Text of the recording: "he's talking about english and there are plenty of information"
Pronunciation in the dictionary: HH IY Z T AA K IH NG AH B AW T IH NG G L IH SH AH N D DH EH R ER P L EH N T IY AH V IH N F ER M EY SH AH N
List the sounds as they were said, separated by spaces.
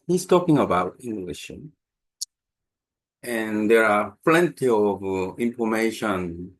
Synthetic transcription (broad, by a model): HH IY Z T AA K IH NG AH B AW T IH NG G L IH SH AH N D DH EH R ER P L EH N T IY AH V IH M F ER M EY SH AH N